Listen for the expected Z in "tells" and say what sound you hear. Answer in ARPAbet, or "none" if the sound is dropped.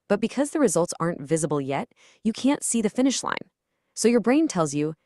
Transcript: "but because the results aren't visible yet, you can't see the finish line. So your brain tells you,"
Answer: Z